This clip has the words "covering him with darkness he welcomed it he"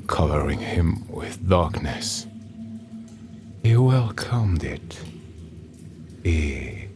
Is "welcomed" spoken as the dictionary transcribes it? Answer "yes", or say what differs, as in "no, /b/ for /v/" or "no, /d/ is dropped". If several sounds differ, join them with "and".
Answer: yes